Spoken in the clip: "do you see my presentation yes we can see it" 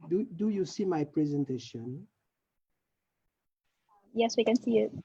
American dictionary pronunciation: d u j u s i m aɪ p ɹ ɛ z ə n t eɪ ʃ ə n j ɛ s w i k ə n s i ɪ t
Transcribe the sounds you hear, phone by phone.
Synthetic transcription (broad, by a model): d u j u s i m aɪ p ɹ ɛ z ə n t eɪ ʃ ə n j ɛ s w i k ə n s i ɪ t